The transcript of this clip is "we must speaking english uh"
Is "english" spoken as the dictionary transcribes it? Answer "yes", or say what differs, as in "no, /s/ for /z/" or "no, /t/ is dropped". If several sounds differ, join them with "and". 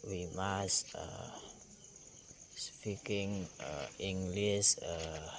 no, /s/ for /ʃ/